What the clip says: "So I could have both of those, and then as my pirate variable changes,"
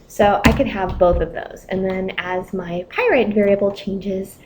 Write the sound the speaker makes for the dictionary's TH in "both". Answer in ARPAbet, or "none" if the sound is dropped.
TH